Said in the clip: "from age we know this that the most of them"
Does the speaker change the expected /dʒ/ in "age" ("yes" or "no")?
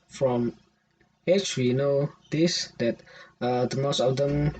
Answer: yes